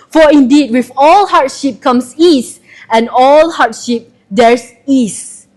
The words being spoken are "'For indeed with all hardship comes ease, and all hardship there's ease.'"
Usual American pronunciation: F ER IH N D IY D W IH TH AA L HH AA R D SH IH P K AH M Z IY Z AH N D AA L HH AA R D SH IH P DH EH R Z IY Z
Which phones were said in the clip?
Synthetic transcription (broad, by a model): F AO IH N D IY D W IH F AA L HH AA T SH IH P K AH M S IY S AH N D AA L HH AA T SH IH P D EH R S IY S